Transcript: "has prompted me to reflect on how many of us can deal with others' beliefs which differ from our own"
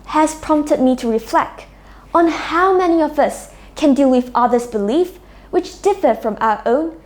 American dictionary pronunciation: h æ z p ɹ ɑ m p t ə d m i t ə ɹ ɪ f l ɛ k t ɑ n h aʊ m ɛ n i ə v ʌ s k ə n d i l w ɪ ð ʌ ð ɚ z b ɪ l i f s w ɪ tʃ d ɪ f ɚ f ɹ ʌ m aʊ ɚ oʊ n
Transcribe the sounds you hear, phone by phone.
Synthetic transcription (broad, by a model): h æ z p ɹ ɑ m p t ə d m i t ə ɹ ɪ f l ɛ k t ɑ n h aʊ m ɛ n i ə v ʌ s k ə n d i l w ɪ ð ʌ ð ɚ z b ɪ l i f w ɪ tʃ d ɪ f ɚ f ɹ ʌ m aʊ ɚ oʊ n